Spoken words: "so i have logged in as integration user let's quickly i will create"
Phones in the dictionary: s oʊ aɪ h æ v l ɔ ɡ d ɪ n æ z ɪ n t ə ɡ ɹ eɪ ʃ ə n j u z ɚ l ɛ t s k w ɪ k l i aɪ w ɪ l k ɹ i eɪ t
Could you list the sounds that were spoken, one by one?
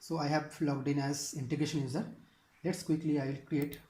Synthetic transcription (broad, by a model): s oʊ aɪ h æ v l ɔ ɡ d ɪ n æ z ɪ n t ə ɡ ɹ eɪ ʃ ə n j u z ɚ l ɛ t s k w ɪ k l i aɪ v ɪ l k ɹ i eɪ t